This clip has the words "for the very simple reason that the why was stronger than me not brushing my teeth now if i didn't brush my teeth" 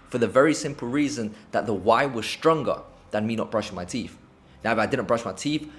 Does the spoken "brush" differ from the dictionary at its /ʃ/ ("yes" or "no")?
no